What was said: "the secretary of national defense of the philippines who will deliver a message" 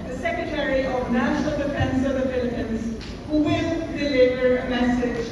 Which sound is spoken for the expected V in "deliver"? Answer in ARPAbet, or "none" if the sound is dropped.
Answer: B